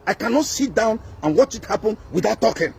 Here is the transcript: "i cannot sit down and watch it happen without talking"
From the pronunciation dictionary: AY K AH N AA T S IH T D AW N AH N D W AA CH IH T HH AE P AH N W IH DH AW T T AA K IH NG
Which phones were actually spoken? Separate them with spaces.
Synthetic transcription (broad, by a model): AY K AH N AA T S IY T D AW N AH N W AA CH IH T HH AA P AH N W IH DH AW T T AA K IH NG